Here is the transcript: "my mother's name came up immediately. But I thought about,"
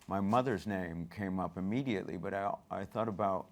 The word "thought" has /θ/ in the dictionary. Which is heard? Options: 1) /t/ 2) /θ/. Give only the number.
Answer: 2